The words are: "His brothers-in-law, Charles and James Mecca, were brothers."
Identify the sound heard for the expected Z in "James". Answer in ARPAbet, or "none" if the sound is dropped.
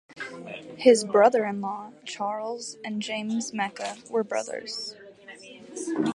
Z